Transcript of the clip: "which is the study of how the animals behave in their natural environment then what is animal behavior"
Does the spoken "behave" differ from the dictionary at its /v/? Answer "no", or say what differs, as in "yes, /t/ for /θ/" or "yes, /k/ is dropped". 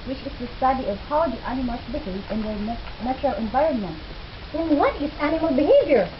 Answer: yes, /v/ is dropped